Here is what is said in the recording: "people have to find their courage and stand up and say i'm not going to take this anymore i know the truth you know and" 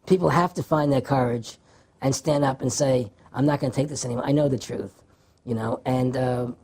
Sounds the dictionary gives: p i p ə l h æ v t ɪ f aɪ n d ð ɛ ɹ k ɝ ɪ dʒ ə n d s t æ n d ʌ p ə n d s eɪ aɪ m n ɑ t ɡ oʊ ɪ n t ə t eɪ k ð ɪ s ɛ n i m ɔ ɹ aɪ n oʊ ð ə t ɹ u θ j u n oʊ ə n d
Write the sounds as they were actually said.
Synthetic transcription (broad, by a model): p i p l h æ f t ɪ f aɪ n ð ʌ ɹ k ɝ ɪ dʒ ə n s t æ n d ʌ p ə n s eɪ aɪ m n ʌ t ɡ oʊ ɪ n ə t eɪ k ð ɪ s ɛ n i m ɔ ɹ aɪ n oʊ ð ə t ɹ u θ j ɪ n oʊ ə n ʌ